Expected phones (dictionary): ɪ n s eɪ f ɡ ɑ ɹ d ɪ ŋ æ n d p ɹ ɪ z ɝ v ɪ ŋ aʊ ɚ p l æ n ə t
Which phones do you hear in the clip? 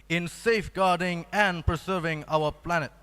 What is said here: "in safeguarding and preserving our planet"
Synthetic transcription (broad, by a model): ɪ n s eɪ f ɡ ɑ ɹ d ɪ ŋ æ n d p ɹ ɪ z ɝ v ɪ ŋ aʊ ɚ p l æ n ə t